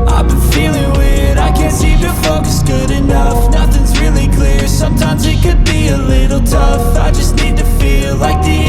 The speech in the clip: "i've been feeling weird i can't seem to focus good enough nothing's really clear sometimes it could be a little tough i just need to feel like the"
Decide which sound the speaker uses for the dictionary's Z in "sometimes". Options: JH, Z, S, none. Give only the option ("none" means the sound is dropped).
Z